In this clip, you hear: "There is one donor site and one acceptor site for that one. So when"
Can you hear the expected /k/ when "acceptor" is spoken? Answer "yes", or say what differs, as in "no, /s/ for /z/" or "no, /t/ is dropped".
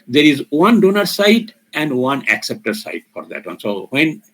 yes